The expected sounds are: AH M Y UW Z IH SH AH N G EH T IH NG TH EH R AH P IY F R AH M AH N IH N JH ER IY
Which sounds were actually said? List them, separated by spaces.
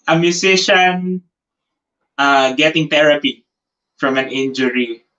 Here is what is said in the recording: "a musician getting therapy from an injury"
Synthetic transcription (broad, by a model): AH M Y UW S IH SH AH N G EH T IH NG T EH R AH P IY F R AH M AH N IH N JH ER IY